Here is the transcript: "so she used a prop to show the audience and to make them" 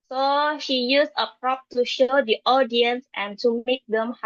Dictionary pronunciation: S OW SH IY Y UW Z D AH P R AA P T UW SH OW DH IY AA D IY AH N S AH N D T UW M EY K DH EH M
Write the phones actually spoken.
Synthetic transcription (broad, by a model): S OW SH IY Y UW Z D AH P R AA P T UW SH OW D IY AA D IY AH N S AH N T UW M EY K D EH M